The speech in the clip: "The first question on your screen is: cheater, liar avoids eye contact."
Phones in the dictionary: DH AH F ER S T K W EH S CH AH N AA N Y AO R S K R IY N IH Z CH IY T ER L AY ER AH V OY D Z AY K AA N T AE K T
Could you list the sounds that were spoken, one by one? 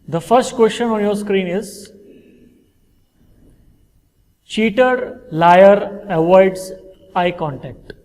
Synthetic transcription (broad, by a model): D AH F ER S T K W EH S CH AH N AA N Y AO R S K R IY N IH Z CH IY T ER L AY ER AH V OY D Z AY K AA N T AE K T